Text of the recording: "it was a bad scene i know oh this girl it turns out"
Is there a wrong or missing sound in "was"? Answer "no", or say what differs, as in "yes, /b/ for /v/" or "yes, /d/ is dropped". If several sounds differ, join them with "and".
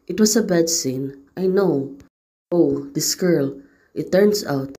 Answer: yes, /s/ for /z/